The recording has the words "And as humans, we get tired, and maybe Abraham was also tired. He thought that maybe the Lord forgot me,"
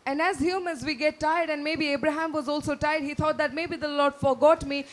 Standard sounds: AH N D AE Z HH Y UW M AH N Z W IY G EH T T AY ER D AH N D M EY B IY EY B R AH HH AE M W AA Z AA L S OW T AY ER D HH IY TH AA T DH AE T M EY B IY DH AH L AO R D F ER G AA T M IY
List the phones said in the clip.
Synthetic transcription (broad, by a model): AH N D AE Z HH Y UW M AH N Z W IY G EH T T AY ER D AH N D M EY B IY EY B R AH HH AE M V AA Z AA L S OW T AY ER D HH IY T AA T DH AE T M EY B IY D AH L AO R D F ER G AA T M IY